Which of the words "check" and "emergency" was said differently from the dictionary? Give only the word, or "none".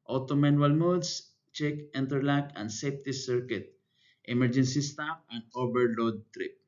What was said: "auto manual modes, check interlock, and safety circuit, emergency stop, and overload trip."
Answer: none